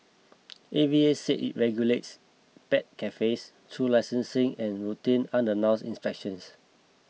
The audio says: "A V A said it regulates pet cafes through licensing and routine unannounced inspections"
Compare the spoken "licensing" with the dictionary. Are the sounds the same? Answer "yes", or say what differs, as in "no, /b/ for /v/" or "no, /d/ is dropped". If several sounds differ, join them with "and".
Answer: yes